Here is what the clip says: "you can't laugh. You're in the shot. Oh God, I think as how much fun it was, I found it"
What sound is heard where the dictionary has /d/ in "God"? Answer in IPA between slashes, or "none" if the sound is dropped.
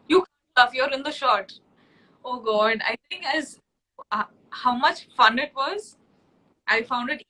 /d/